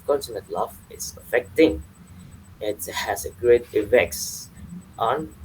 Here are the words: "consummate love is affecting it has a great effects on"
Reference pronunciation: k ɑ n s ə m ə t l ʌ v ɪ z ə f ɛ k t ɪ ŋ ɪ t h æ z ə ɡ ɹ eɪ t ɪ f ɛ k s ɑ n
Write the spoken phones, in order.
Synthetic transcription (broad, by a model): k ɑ n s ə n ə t l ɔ f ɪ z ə f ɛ k t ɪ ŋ ɪ t h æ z ə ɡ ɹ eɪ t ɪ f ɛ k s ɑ n